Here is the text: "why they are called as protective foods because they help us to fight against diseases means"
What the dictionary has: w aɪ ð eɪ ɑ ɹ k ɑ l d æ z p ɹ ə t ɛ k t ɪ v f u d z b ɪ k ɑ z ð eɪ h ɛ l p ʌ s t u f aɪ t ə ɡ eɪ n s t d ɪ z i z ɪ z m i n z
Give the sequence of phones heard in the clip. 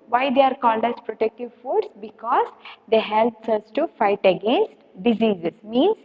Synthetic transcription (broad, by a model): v aɪ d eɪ ɑ ɹ k ɑ l d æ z p ɹ ə t ɛ k t ɪ v f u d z b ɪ k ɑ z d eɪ h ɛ l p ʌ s t u f aɪ t ə ɡ eɪ n s t d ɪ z i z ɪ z m i n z